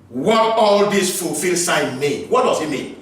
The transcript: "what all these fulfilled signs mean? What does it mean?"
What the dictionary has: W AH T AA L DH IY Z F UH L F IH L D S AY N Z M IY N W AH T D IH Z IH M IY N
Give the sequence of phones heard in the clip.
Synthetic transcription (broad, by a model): W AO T AA L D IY S F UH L F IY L S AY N M IY N W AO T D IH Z IH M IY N